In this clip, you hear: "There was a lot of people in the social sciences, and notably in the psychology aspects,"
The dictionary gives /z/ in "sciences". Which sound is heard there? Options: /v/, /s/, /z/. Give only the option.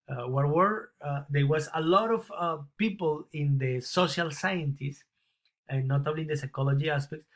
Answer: /s/